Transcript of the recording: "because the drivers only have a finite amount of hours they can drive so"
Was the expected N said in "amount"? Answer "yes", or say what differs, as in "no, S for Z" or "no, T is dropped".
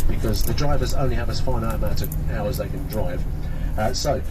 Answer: no, N is dropped